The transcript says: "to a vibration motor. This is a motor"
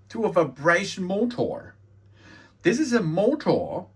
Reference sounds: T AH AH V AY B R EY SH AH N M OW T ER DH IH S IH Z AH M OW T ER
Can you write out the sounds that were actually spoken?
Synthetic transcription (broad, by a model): T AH AH V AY B R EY AH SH M OW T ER DH IH S IH Z AH M OW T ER